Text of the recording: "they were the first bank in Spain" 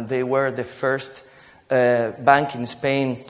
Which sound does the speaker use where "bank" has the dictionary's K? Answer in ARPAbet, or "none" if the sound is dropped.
K